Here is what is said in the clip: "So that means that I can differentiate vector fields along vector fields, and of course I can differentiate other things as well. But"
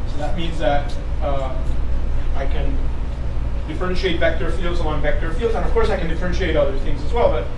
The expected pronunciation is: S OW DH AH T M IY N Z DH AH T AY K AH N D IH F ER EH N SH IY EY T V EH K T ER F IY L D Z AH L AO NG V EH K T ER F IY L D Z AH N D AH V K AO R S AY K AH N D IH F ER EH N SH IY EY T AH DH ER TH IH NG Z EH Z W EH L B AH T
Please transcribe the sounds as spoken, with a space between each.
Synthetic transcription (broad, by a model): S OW DH AH T M IY N Z DH AH T AY K AH N D IH F ER EH N SH IY EY T V EH K T ER F IY L D Z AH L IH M V EH K T ER F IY L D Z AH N AH V K AO R S AY K N D IH F ER EH N SH IY EY T AH DH ER TH IH NG Z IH Z W EH L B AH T